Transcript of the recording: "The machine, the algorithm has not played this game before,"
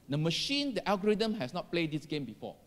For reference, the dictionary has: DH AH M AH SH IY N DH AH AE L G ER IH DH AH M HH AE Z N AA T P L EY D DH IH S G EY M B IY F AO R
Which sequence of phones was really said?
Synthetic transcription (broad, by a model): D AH M AH SH IY N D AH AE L G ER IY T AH M HH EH S N AA T P L EY D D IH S G EY M B IY F AO